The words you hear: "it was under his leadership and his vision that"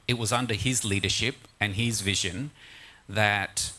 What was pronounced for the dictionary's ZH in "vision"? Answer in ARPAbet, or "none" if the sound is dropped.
ZH